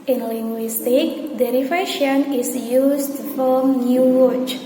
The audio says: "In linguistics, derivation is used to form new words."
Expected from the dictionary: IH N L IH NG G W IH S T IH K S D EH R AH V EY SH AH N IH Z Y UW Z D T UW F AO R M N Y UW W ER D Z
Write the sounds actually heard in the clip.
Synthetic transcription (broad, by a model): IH N L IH NG G W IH S T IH K D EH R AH F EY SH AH N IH S Y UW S T UW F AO L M N Y UW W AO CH